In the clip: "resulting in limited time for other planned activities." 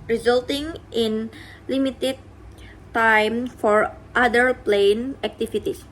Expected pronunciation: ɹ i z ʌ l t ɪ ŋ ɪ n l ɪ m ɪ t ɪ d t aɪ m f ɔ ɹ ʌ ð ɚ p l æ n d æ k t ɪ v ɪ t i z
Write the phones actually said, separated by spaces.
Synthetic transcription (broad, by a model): ɹ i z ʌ l t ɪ ŋ ɪ n l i m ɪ t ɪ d t aɪ m f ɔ ɹ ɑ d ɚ p l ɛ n æ k t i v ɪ t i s